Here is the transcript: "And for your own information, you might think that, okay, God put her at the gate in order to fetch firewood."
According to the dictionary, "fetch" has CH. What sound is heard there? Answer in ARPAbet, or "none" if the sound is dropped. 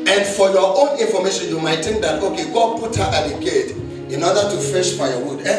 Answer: SH